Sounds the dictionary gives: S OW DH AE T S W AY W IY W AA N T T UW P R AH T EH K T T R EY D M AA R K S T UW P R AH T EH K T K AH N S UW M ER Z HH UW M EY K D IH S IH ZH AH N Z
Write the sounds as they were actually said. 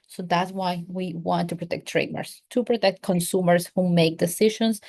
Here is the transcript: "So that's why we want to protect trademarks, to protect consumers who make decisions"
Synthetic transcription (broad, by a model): S OW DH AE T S W AY W IY W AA N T T UW P R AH T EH K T T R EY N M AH R S T UW P R AH T EH K T K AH N S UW M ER S HH UW M EY K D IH S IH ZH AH N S